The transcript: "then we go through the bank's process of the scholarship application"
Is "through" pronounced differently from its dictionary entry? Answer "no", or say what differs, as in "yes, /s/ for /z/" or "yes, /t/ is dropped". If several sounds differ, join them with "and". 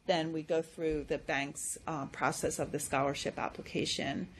no